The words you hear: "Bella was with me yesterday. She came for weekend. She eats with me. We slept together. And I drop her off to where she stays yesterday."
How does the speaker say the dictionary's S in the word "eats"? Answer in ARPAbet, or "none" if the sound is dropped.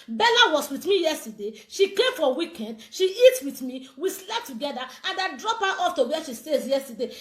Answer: none